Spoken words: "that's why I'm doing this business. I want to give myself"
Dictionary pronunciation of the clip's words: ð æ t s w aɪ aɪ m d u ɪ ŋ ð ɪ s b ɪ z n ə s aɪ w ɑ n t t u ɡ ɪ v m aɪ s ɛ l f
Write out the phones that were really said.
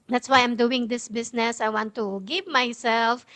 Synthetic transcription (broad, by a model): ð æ t s w aɪ aɪ m d u ɪ ŋ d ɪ s b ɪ s n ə s aɪ w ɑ n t t u ɡ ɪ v m aɪ s ɛ l f